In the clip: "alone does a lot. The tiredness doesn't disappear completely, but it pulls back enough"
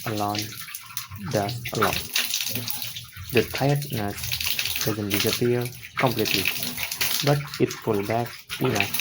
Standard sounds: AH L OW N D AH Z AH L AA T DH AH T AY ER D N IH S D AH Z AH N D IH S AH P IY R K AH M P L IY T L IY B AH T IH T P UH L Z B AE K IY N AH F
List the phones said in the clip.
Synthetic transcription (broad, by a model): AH L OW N D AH S AH L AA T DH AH T AY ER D N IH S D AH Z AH N D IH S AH P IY R K AH M P L IY T L IY B AH T IH T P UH L B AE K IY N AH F